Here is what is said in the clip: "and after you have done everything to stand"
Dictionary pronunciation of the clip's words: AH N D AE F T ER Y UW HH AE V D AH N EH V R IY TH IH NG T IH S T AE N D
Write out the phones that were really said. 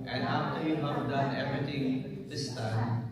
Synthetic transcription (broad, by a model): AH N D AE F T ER Y UW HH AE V D AH N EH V R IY T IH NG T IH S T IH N